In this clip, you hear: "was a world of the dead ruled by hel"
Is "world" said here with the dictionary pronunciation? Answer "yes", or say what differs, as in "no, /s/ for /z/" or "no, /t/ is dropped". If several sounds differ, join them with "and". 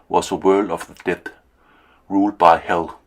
yes